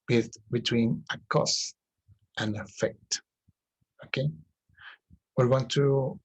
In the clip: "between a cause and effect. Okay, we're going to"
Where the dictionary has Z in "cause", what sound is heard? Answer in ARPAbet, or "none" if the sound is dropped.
S